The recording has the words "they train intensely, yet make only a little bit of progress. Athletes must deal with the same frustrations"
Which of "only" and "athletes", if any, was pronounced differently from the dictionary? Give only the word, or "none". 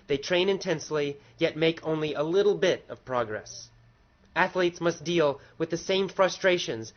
none